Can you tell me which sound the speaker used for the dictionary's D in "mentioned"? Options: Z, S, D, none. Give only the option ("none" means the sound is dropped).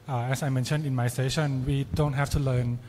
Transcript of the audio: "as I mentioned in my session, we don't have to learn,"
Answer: none